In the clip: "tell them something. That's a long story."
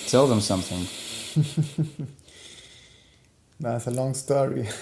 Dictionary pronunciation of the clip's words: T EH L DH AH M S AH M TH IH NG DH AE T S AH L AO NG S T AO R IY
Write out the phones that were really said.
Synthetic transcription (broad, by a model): T EH L DH AH M S AH M TH IH NG DH AE T S AH L AO NG S T AO R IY